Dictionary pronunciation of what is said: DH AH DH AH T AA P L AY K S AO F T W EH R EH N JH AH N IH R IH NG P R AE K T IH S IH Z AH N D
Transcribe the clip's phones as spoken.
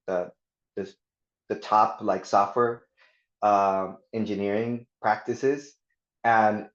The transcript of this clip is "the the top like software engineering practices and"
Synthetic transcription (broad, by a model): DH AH DH AH T AA P L AY K S AO F T W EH R EH N JH AH N IH R IH NG P R AE K T IH S IH Z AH N